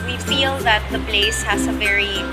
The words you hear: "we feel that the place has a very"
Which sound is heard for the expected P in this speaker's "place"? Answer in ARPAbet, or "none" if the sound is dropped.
B